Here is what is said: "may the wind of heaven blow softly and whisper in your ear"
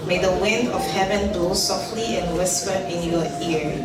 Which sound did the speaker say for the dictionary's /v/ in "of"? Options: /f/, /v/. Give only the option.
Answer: /f/